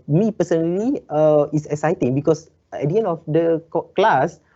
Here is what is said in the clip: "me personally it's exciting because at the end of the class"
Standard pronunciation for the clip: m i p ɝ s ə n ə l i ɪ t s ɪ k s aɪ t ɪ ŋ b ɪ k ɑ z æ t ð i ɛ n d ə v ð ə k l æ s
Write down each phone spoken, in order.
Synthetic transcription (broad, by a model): m i p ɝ s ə n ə l i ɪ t s ɪ k s aɪ t ɪ ŋ b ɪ k ɑ s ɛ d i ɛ n ə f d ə k l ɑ s